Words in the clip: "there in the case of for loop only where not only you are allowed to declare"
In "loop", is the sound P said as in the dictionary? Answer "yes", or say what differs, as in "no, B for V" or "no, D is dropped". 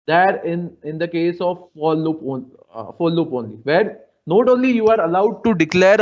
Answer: yes